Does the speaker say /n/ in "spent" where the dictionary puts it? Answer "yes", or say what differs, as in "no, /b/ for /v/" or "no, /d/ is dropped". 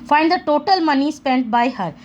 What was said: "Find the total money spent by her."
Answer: yes